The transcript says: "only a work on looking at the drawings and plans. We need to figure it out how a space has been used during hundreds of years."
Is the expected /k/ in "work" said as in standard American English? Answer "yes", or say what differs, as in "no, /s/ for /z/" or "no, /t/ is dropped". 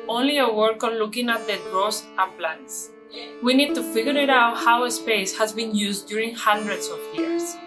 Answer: yes